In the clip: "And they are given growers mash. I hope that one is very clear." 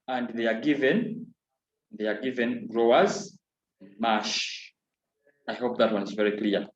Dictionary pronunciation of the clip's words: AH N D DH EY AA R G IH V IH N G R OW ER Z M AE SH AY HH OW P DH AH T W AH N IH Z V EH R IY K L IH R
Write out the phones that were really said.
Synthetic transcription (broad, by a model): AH N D DH EY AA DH G IH V IH N G R OW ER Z M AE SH AY HH OW P DH AH T W AH N IH Z V EH R IY K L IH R